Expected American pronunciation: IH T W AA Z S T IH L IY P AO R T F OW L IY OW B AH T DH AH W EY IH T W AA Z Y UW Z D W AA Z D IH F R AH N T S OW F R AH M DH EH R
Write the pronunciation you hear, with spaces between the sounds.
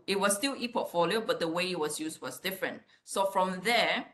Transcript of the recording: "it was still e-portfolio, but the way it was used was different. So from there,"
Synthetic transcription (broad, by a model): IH T W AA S S T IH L IY P AO T F OW L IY OW B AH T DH AH W EY IH T W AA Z Y UW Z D W AA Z D IH F R AH N T S OW F R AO M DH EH